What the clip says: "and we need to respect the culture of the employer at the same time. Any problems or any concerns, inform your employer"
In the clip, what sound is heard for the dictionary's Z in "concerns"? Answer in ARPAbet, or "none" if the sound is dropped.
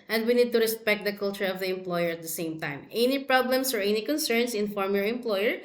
S